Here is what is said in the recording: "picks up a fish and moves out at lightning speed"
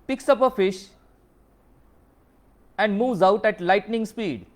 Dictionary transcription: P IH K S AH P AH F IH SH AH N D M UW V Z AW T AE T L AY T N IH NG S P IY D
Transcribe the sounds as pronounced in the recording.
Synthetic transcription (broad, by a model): P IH K S AH P AH F IH SH AH N D M UW V Z AW T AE T L AY T N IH NG S P IY D